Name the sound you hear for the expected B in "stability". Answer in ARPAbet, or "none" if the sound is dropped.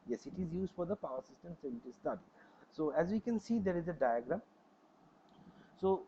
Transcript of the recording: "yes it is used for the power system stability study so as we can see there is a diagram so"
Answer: none